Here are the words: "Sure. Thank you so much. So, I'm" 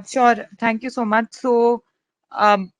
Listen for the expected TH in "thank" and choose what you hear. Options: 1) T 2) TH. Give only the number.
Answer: 1